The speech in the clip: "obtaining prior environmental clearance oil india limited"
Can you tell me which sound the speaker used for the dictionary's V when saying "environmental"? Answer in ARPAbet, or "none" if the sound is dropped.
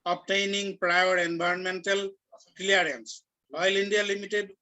B